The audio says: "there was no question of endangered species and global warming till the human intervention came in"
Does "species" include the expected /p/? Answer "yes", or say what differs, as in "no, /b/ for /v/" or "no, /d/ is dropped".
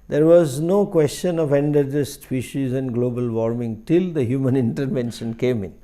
no, /f/ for /p/